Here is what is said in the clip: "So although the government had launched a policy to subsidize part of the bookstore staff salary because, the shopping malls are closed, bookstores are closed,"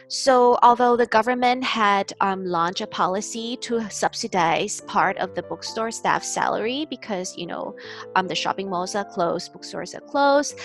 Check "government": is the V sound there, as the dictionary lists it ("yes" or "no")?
yes